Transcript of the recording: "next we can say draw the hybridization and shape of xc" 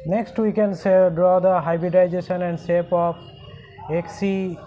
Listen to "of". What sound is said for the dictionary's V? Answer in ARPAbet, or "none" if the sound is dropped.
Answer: P